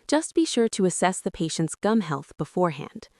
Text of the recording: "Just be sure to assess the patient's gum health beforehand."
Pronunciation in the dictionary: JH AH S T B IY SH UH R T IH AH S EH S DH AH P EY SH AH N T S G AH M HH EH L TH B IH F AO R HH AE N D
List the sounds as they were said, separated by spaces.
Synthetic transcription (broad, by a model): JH AH S T B IY SH UH R T IH AH S EH S DH AH P EY SH AH N T S G AH M HH EH L TH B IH F AO R HH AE N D